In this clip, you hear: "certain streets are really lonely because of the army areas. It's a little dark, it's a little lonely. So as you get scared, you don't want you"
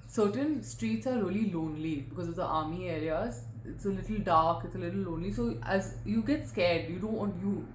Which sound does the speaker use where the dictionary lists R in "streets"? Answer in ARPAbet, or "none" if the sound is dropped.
R